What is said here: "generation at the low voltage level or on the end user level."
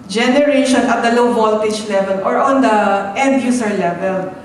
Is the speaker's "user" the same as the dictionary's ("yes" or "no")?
no